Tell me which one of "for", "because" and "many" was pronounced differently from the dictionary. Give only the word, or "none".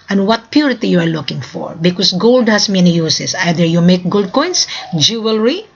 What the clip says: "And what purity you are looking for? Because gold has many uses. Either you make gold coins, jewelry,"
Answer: because